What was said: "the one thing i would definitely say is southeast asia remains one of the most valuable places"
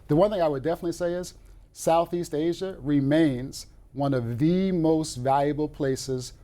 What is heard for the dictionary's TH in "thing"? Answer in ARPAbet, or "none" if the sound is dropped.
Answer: TH